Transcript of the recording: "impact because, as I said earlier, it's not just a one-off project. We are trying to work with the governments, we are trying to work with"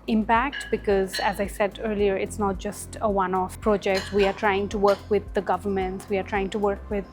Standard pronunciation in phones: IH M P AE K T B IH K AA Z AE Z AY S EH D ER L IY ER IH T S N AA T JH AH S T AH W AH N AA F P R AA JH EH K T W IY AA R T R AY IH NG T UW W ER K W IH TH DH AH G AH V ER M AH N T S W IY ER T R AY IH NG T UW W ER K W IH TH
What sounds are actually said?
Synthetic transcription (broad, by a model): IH M P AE K T B IH K AA Z AE Z AY S EH D ER L IY ER IH T S N AA T JH AH S T AH W AH N AA F P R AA JH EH K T W IY AA R T R AY IH NG T UW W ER K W IH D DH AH G AH V ER M AH N T S W IY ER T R AY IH NG T UW W ER K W IH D